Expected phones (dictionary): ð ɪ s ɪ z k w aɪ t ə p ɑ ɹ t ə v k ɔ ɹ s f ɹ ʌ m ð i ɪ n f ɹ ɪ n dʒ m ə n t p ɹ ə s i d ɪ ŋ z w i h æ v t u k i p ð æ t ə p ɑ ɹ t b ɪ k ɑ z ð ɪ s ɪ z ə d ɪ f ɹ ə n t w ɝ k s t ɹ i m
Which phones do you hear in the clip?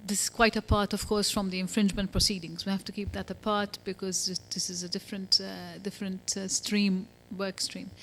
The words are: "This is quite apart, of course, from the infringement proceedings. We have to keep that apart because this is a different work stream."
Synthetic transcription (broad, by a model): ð ɪ s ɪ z k w aɪ t ə p ɑ ɹ t ə v k ɔ ɹ s f ɹ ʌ m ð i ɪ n f ɹ ɪ n dʒ m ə n t p ɹ ə s i d ɪ ŋ z w i h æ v t u k i p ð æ t ə p ɑ ɹ t b ɪ k ɑ z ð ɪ s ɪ z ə d ɪ f ɹ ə n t w ɝ k s t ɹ i m